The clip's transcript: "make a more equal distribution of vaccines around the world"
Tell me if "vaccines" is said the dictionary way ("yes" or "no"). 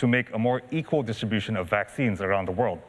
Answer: yes